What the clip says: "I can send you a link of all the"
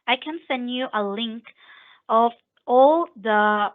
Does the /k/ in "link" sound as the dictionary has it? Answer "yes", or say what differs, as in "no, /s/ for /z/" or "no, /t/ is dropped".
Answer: yes